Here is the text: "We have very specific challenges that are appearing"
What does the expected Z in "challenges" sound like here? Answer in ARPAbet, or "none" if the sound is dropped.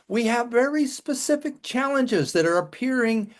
Z